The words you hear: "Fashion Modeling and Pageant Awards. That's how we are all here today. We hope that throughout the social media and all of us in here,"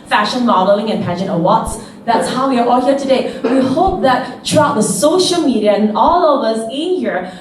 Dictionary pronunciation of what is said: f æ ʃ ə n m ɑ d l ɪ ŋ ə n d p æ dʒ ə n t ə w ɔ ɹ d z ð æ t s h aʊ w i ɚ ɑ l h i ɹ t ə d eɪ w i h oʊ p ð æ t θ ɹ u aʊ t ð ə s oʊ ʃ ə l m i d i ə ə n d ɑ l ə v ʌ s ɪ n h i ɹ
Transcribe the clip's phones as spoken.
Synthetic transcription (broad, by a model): f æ ʃ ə n m ɑ d l ɪ ŋ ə n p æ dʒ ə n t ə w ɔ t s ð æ t s h aʊ w i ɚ ɑ l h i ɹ t ə d eɪ w i h oʊ p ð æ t t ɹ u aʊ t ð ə s oʊ ʃ ə l m i d i ə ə n ɑ l ə v ʌ s ɪ n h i ɹ